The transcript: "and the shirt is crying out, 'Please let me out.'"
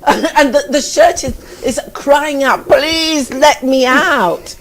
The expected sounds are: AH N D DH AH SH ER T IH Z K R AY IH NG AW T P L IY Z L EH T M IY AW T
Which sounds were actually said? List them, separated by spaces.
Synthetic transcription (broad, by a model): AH N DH DH AH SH ER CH IH Z K R AY IH NG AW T P L IY Z L EH T M IY AW T